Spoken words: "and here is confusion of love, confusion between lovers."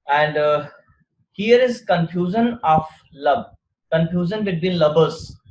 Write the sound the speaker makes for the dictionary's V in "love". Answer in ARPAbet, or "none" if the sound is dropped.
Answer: B